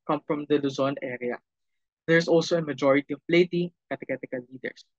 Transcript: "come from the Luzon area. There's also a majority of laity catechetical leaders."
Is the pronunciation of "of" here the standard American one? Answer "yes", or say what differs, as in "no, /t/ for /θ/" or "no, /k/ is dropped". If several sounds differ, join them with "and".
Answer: no, /p/ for /v/